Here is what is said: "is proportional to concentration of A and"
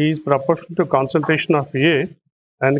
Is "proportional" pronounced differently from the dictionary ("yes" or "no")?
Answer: yes